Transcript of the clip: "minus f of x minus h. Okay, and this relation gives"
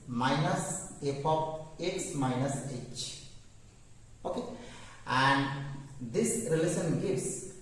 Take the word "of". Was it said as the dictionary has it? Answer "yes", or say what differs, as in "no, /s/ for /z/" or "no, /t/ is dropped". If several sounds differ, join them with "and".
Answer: no, /p/ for /v/